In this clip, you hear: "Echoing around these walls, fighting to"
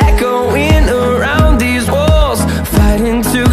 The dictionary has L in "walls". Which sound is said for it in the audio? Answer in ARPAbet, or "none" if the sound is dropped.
L